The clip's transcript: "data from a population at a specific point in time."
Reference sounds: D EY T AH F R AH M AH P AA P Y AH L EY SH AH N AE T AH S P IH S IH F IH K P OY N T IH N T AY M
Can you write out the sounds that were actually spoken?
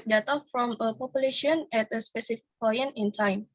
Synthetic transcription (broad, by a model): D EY T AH F R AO M AH P AA P Y AH L EY SH AH N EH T AH S P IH S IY F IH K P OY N IH N T AY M